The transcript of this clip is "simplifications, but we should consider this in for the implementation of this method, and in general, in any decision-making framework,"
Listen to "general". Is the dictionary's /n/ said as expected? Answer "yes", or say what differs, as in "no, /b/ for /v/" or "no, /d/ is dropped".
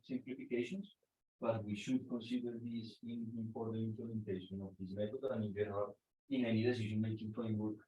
no, /n/ is dropped